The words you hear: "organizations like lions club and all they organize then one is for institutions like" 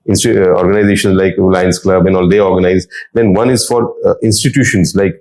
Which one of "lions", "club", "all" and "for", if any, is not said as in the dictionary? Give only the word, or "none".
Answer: lions